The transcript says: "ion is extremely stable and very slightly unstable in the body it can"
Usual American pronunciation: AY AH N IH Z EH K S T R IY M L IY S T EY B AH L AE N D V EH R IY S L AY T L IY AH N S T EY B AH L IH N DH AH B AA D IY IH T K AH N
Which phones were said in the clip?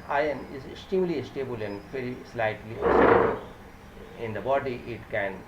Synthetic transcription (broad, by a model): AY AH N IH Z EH K S T R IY M L IY S T EY B AH L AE N D V EH R IY S L AY T L IY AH S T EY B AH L IH N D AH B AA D IY IH T K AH N